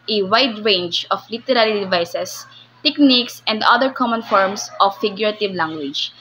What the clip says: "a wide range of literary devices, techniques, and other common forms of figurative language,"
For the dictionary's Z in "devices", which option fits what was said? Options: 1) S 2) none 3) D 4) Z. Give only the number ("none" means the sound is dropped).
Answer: 1